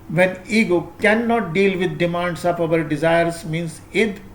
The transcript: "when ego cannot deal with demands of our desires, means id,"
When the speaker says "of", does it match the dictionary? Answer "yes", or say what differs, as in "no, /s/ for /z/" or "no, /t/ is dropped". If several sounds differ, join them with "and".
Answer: no, /p/ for /v/